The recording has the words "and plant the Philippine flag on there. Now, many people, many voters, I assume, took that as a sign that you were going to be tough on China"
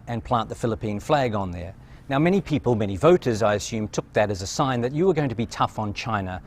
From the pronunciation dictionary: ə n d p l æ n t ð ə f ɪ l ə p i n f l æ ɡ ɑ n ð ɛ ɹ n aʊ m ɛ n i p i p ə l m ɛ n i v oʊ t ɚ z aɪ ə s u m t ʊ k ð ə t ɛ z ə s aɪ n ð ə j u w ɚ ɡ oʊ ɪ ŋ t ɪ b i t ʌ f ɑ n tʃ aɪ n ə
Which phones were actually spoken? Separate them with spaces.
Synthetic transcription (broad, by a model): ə n p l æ n ð ə f ɪ l ə p i n f l æ ɡ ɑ n ð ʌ ɹ n aʊ m ɛ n i p i p ə l m ɛ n i v oʊ t ɚ z aɪ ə s u m t ʊ k ð ə t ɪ z ə s aɪ n ð ə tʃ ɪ w ɚ ɡ oʊ ɪ ŋ t ɪ b i t ʌ f n tʃ aɪ n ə